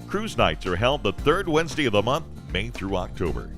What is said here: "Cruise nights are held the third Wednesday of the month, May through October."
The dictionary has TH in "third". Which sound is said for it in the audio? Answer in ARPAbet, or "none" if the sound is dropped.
TH